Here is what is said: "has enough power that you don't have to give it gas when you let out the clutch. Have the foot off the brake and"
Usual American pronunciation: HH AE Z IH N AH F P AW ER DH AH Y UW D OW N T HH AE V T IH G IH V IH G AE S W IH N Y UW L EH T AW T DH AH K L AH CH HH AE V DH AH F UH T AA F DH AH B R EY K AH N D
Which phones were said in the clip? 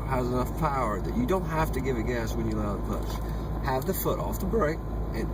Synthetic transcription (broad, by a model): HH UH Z IH N AH F P AW ER DH AH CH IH D OW N T HH AE F T IH G IH V IH G AE S W IH N Y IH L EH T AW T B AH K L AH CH HH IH V DH AH F UH T AA F DH AH B R EY K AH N